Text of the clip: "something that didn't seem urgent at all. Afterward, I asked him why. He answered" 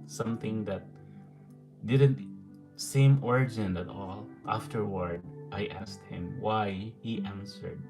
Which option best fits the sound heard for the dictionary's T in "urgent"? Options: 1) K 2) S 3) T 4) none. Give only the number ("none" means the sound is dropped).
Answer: 4